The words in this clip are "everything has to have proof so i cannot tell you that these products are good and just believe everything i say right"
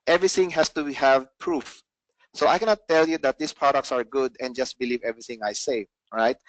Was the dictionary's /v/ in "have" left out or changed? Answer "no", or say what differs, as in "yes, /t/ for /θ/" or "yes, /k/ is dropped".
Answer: no